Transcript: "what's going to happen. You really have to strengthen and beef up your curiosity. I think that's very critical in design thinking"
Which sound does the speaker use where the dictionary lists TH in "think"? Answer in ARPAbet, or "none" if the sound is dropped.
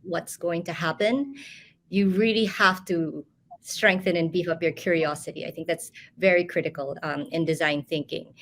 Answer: TH